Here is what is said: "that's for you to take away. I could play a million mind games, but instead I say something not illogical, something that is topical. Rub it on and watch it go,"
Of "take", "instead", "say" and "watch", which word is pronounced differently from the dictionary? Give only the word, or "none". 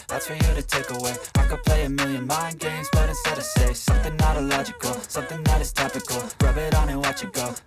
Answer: instead